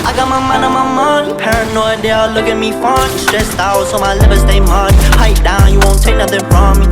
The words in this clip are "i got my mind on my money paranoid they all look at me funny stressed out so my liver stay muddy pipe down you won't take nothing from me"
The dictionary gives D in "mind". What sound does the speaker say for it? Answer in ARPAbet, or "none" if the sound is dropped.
none